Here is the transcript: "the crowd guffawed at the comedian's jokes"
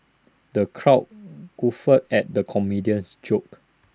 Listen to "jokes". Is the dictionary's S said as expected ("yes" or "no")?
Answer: no